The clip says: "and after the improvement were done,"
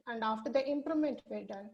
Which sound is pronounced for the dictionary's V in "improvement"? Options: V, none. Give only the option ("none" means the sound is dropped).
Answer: none